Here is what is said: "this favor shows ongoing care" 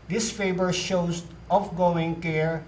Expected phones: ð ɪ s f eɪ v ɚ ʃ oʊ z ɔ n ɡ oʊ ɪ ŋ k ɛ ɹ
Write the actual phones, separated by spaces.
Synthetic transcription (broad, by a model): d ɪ s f eɪ b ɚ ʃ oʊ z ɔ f ɡ oʊ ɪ ŋ k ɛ ɹ